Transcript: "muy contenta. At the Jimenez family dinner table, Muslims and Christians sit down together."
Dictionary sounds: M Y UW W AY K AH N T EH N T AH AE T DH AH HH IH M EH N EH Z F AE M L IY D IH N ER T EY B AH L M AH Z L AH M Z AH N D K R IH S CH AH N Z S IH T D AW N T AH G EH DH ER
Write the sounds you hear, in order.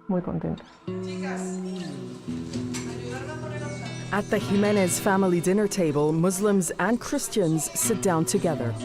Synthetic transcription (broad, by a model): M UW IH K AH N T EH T T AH T DH AH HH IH M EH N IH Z F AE M L IY D IH N ER T EY B AH L M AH Z L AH M Z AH N K R IH S CH AH N Z S IH T D AW N T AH G EH DH ER